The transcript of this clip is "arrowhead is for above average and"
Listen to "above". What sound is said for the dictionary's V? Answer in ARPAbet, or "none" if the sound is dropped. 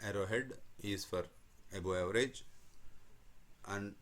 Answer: none